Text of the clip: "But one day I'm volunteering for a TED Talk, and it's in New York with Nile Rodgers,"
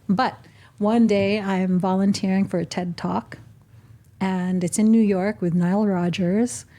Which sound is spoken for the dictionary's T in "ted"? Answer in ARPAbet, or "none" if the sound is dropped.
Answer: T